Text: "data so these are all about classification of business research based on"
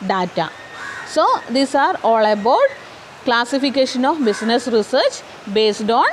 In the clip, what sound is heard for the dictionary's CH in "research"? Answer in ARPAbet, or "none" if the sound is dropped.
CH